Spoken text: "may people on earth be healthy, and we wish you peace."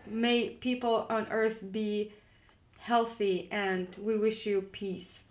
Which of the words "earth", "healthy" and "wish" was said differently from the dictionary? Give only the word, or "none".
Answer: none